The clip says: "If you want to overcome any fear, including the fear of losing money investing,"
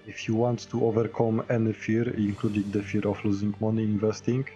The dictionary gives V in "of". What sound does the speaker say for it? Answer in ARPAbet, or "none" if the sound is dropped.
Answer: F